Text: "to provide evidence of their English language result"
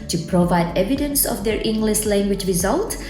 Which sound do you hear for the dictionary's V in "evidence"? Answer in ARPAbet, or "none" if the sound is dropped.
V